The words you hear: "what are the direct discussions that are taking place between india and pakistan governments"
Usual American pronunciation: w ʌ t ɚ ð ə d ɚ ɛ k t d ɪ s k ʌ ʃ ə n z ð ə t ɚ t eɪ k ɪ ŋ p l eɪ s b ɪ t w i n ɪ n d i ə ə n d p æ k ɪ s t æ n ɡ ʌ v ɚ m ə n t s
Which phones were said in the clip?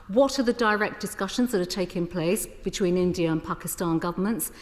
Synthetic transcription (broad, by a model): w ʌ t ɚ ð ə d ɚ ɛ k d ɪ s k ʌ ʃ ə n z ð ə t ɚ t eɪ k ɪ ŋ p l eɪ s b ɪ t w i n ɪ n d i ə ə n p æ k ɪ s t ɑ n ɡ ʌ v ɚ m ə n t s